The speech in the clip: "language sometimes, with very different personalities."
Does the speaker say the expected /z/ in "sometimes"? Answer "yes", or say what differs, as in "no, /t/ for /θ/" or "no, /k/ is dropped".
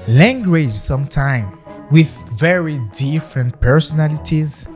no, /z/ is dropped